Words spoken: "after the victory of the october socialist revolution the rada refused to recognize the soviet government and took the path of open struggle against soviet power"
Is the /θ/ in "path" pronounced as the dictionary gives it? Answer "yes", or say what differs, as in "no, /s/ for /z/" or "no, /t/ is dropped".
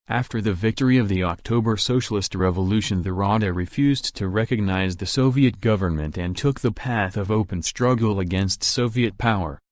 yes